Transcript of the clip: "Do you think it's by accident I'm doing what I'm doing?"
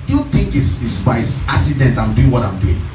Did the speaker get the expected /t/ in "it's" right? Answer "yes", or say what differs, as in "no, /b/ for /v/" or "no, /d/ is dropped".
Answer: no, /s/ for /t/